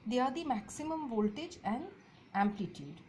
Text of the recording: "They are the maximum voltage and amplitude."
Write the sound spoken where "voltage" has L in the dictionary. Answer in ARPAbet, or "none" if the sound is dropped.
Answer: L